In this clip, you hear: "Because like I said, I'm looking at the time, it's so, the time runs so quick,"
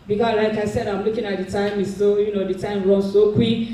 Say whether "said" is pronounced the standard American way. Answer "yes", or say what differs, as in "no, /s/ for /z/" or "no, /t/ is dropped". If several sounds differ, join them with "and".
yes